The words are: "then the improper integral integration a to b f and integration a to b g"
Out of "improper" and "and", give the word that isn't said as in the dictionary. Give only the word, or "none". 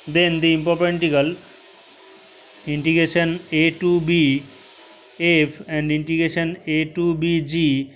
improper